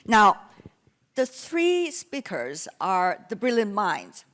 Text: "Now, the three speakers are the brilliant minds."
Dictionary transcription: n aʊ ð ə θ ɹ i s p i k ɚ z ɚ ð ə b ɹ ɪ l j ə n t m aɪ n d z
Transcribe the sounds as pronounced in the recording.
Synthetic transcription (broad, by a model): n aʊ ð ə θ ɹ i s p i k ɚ z ɚ ð ə b ɹ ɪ l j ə n m aɪ n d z